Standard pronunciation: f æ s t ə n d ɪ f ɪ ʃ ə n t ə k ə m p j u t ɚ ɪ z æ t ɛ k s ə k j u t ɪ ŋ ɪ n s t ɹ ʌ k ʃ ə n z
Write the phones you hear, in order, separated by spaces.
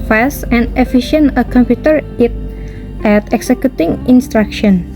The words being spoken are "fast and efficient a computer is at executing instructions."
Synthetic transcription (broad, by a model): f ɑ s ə n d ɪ f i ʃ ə n ə k ə m p j u t ɚ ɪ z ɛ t ɛ k s ə k j u t ɪ ŋ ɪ n s t ɹ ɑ k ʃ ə n